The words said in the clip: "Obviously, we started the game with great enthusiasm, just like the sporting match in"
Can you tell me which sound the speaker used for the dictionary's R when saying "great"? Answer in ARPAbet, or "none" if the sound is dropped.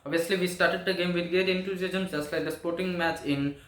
none